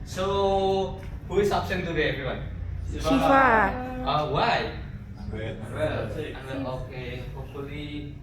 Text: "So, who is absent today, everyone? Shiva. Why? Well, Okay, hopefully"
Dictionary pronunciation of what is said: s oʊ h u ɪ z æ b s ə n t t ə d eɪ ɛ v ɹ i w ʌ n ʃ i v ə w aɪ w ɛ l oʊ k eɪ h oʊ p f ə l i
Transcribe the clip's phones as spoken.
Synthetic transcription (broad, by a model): s oʊ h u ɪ s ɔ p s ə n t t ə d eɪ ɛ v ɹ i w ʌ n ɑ ə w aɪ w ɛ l oʊ k eɪ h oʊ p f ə l i